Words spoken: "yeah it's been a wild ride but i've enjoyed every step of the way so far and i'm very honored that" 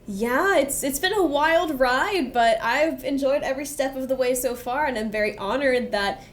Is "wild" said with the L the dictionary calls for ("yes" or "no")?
yes